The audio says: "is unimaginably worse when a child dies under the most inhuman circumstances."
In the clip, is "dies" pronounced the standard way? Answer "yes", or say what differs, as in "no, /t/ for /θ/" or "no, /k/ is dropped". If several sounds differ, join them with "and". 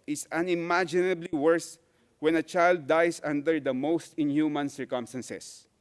no, /s/ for /z/